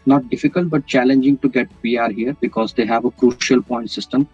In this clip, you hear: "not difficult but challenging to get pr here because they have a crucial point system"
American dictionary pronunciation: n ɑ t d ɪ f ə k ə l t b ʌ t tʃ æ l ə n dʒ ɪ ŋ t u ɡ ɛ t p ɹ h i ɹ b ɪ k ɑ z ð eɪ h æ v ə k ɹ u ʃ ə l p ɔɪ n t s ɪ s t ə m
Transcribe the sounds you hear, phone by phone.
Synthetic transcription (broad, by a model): n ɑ t d ɪ f ə k ə l t b ʌ t tʃ æ l ə n dʒ ɪ ŋ t u ɡ ɛ t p ɹ h i ɹ b ɪ k ɑ z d eɪ h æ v ə k ɹ u ʃ ə l p ɔɪ n t s ɪ s t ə m